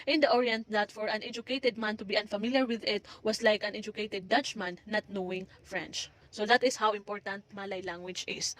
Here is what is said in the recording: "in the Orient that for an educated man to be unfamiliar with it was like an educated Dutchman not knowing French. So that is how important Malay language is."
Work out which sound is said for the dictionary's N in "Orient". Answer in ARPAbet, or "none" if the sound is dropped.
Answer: N